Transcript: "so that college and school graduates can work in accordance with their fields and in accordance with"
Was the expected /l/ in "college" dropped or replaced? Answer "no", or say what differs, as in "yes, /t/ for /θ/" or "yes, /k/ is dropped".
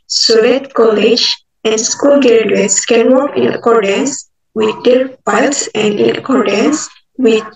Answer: no